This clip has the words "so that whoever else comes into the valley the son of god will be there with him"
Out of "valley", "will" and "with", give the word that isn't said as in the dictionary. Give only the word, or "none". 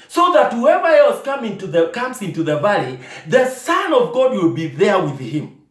none